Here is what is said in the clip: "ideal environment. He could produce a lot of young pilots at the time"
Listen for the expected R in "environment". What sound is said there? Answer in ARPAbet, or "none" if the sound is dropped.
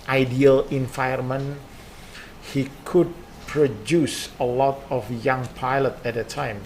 none